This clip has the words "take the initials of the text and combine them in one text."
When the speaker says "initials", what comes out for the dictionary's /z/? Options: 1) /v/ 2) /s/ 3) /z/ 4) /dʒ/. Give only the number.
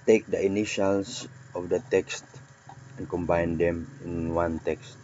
2